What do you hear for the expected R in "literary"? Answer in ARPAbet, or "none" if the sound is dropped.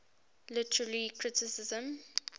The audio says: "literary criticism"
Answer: L